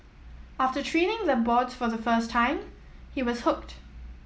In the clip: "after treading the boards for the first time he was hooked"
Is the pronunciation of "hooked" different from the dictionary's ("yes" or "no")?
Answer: no